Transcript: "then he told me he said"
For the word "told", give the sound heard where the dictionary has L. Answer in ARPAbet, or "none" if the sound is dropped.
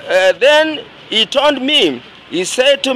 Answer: N